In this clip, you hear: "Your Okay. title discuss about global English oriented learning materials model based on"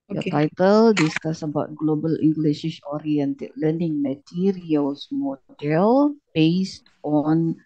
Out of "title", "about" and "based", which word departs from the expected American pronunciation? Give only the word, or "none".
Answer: none